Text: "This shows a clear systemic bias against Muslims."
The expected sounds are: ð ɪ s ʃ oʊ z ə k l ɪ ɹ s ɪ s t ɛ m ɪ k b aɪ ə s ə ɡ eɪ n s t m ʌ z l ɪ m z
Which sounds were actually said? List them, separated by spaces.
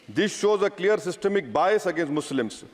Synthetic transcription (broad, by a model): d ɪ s ʃ oʊ z ə k l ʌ ɹ s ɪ s t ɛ m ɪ k b aɪ ə s ə ɡ eɪ n s t m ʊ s l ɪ m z